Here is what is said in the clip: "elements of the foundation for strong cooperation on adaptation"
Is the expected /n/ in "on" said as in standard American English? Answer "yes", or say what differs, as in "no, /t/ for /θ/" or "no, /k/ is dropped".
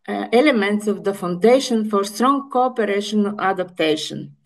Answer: no, /l/ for /n/